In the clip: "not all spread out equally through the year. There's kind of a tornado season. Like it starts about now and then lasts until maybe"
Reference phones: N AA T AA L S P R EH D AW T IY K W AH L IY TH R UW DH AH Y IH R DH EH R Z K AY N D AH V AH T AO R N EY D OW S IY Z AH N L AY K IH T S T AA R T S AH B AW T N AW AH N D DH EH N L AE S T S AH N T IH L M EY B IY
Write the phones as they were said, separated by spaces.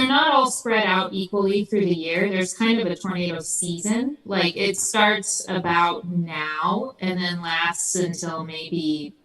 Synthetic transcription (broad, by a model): N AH T AA L S P R EH D AW T IY K W AH L IY TH R UW DH AH Y IH R DH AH R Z K AY N D AH V AH T AO R N EY D OW S IY Z AH N L AY K IH T S T AA R T S AH B AW T N AW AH N DH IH N L AE S T S AH N T IH L M EY B IY